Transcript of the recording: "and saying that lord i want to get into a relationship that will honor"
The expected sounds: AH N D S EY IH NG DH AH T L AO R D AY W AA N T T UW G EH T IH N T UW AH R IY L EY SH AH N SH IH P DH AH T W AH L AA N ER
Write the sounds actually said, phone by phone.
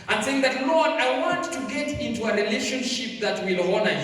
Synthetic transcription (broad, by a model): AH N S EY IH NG DH AH T L AO R D AY W AA N T T UW G EH T IH N T UW AH R IY L EY SH AH N SH IH P DH AH T W AH L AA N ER